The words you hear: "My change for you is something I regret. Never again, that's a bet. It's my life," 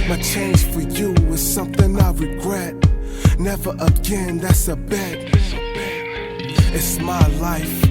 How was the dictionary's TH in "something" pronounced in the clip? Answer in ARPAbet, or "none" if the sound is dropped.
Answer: TH